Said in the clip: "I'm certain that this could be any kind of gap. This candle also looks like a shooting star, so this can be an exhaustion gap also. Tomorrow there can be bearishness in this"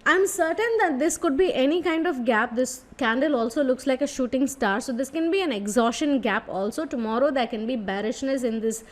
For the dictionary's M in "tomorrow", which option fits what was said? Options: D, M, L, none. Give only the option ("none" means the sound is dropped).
M